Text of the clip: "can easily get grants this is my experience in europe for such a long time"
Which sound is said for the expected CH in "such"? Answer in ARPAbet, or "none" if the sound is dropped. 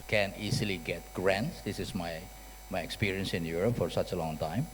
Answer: CH